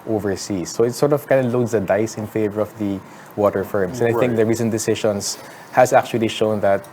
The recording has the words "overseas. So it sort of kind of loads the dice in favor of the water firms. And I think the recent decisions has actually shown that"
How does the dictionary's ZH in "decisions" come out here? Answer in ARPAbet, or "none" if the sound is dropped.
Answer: SH